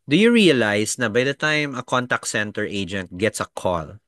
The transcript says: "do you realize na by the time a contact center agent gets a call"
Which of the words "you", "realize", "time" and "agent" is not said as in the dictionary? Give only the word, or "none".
realize